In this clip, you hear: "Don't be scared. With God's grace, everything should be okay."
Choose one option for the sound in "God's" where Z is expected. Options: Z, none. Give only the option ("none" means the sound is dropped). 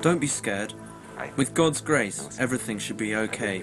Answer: Z